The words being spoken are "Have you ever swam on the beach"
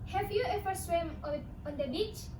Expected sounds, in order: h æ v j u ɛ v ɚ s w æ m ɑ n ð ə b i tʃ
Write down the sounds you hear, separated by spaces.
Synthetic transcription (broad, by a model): h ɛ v j u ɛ f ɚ s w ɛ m ɑ n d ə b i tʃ